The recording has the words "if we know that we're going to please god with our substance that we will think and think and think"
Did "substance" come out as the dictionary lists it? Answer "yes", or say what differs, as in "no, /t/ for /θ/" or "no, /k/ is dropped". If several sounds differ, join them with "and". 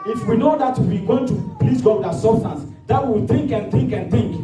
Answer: no, /b/ is dropped